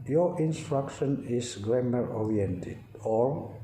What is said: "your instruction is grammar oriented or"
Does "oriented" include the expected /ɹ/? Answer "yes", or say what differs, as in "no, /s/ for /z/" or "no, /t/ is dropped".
yes